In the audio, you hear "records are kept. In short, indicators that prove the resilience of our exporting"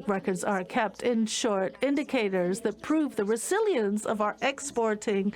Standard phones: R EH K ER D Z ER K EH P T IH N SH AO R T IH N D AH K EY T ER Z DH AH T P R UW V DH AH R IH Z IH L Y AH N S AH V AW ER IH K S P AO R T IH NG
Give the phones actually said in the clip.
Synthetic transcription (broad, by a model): R EH K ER D Z ER K EH P T IH N SH AO R T IH N D AH K EY T ER Z DH AH T P R UW V DH AH R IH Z IH L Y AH N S AH V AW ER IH K S P AO R T IH NG